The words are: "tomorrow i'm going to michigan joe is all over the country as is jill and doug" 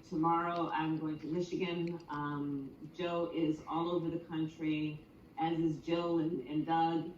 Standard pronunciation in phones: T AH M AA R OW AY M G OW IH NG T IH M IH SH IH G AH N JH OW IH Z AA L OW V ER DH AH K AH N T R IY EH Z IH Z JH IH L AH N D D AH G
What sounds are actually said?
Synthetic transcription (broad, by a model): T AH M AA R OW AY M G OW IH NG T IH M IH SH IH G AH N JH OW IH Z AA L OW V ER DH AH K AH N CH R IY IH Z IH Z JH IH N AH N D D AH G